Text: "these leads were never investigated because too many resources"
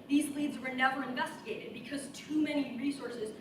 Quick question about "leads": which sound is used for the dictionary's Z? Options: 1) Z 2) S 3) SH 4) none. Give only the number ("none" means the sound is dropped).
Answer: 1